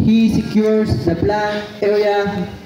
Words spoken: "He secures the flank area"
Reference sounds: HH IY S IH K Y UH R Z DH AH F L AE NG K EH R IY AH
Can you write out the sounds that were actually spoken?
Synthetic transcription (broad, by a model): HH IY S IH K Y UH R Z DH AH P L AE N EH R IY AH